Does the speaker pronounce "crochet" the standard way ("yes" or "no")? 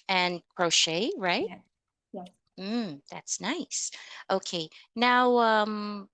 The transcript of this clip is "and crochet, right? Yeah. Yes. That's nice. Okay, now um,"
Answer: yes